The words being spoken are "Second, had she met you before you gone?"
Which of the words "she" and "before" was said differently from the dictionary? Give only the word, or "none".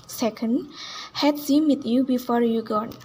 she